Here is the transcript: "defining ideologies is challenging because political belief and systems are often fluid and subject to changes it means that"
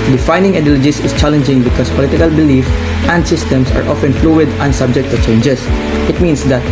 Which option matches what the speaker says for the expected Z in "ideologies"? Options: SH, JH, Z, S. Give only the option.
S